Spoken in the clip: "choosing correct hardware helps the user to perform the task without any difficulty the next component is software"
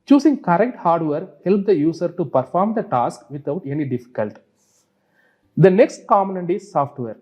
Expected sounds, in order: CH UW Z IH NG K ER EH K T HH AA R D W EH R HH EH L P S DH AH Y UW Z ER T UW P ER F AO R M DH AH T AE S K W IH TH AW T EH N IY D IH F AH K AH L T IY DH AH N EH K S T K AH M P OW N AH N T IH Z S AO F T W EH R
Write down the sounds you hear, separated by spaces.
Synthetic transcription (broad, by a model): CH UW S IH NG K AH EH K T HH AA R D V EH R HH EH L P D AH Y UW S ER T UW P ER F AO R M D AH T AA S K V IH T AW T EH N IY D IH F AH K AH L T IY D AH N EH K S T K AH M OW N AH N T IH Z S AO F T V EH R